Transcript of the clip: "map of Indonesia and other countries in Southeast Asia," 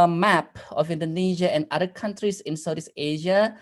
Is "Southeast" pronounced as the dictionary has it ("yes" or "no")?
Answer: no